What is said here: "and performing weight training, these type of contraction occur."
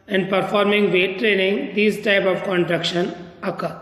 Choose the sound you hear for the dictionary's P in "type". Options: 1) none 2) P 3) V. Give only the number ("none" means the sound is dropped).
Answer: 2